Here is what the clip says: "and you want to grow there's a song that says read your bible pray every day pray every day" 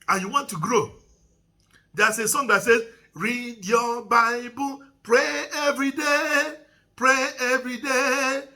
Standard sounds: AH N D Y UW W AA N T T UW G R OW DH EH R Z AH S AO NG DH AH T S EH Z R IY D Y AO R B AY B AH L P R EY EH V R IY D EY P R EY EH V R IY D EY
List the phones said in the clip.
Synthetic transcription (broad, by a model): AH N Y UW W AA N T T UW G R OW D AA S AH S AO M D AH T S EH R IY D Y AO B AY B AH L P R EY EH V R IY D EY P R EY EH V R IY D EY